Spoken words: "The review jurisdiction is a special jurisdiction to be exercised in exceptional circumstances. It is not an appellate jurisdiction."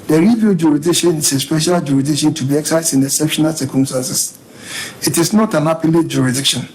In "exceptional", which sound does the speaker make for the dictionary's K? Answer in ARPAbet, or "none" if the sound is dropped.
none